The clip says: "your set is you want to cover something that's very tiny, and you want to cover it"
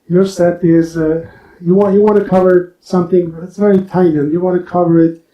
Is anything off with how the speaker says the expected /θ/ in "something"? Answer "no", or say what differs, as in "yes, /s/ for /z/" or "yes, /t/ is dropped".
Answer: no